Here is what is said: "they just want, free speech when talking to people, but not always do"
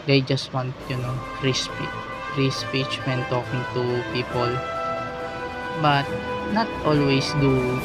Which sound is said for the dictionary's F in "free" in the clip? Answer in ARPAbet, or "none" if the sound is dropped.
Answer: P